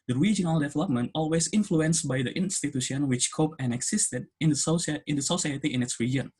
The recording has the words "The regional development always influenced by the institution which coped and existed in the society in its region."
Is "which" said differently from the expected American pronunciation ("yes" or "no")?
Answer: no